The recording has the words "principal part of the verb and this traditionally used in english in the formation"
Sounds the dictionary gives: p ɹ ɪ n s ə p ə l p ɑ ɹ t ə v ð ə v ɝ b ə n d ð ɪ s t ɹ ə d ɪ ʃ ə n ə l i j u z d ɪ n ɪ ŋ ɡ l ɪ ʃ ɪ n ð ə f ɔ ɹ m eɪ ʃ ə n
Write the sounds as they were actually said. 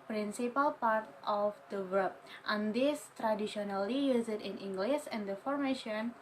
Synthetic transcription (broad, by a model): p ɹ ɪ n s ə p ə l p ɑ ɹ t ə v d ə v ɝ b ə n d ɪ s t ɹ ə d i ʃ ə n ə l i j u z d ɪ n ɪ ŋ ɡ l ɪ s ɪ n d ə f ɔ ɹ m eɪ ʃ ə n